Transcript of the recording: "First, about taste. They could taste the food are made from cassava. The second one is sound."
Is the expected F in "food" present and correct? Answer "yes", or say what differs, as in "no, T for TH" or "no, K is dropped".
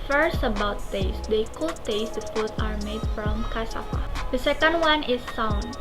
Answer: no, P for F